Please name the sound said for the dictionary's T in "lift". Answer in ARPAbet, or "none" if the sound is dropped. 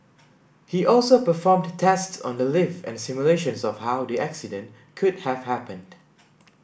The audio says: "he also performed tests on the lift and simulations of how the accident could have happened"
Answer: none